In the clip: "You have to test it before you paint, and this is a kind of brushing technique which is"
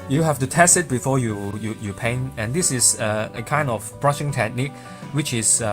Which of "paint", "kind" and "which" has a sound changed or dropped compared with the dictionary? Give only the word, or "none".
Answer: paint